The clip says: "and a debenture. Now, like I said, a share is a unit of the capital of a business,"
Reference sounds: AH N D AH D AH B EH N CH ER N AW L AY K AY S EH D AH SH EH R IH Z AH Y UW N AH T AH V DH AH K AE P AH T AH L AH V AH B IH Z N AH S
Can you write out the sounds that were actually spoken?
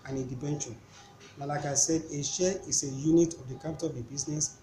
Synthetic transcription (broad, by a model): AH N AH D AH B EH N SH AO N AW L AY K AY S EH D AH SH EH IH S AH Y UW N AH T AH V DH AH K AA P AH T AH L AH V AH B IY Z N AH S